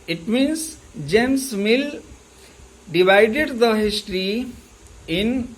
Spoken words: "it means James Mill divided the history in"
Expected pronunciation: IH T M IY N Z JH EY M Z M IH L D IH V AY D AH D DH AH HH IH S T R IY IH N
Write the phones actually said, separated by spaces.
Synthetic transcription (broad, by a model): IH T M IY N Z JH EY M S M IH L D IH V AY D AH D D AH HH IH S T R IY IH N